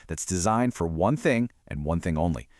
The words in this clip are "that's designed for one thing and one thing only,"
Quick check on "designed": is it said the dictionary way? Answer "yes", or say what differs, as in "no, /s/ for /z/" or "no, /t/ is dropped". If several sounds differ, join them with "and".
yes